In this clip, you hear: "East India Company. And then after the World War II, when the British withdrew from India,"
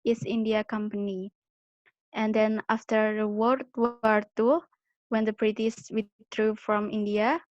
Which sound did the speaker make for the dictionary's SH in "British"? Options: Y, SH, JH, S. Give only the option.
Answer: S